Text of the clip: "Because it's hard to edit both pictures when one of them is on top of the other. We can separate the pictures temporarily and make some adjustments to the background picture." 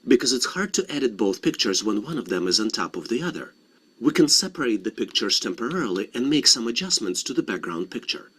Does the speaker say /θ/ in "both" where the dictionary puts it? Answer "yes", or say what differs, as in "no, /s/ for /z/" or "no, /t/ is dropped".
yes